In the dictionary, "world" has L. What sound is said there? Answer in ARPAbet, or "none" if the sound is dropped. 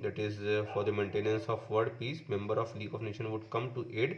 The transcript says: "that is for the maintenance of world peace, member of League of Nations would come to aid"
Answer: none